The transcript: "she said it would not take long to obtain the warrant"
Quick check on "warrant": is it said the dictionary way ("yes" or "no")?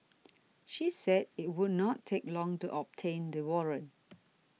no